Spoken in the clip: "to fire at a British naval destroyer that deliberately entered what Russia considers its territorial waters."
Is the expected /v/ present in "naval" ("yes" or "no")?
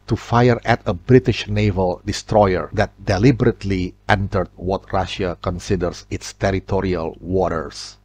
yes